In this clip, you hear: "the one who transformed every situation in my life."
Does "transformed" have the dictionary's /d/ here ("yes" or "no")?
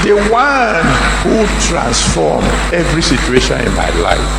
no